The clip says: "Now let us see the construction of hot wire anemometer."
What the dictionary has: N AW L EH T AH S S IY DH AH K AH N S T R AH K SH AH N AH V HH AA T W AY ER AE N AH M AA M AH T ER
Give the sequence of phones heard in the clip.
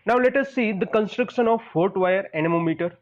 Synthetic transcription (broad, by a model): N AW L EH T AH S S IY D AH K AH N S T R AH K SH AH N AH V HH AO T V AY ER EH N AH M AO M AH T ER